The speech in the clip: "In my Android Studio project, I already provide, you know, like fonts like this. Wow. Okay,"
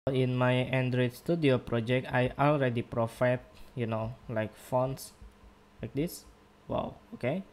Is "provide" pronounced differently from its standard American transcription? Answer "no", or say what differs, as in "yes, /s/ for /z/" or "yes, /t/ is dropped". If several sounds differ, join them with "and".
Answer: yes, /f/ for /v/